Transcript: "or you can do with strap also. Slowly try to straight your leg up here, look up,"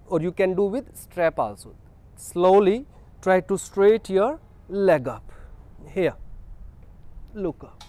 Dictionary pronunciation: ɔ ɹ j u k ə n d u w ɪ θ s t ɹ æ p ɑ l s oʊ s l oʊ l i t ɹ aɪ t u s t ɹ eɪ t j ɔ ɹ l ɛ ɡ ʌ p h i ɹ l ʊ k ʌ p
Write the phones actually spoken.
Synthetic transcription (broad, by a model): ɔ ɹ j u k ə n d u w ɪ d s t ɹ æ p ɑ l s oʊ s l oʊ l i t ɹ aɪ t u s t ɹ eɪ t j ɔ ɹ l ɛ ɡ ʌ p h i l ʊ k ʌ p